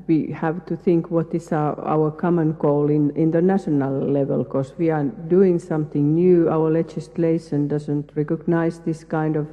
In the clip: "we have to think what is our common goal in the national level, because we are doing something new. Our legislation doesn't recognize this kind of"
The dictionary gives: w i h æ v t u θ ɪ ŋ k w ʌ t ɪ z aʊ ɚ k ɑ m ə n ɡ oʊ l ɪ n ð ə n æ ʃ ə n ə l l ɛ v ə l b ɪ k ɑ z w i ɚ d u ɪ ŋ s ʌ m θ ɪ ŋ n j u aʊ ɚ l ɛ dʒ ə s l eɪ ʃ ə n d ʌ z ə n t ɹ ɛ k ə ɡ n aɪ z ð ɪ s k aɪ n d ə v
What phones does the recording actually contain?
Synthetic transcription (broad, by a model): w i h æ v t u θ ɪ ŋ k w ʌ t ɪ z aʊ ɚ k ɑ m ə n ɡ oʊ l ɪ n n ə n æ ʃ ə n ə l l ɛ v ə l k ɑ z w i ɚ d u ɪ ŋ s ʌ m θ ɪ ŋ n j u aʊ ɚ l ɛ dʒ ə s l eɪ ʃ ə n d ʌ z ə n t ɹ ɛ k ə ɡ n aɪ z ð ɪ s k aɪ n d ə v